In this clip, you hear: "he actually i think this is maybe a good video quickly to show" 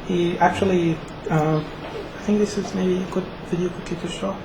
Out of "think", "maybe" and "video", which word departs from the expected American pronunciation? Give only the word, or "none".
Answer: none